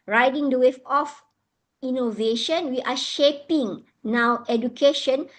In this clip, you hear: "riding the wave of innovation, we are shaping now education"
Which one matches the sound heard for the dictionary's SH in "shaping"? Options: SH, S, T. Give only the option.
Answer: SH